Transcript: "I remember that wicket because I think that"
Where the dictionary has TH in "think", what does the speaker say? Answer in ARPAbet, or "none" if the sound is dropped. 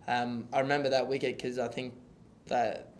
TH